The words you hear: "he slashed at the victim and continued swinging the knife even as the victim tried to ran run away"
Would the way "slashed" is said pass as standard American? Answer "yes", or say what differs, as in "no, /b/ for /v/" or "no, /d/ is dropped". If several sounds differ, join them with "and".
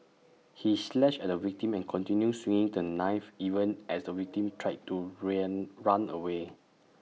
no, /t/ is dropped